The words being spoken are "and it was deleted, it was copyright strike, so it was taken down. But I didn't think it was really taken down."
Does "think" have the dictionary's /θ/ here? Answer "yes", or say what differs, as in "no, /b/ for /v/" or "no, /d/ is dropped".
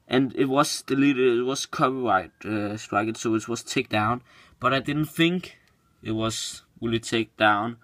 yes